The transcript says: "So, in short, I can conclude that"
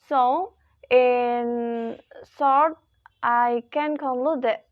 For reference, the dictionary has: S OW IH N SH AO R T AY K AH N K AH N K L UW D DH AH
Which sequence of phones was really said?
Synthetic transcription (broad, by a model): S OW IH N S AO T T AY K AH N K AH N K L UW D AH